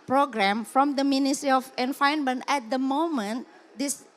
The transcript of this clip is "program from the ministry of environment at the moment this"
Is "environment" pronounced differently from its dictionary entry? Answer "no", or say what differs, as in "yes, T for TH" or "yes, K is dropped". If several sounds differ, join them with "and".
yes, F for V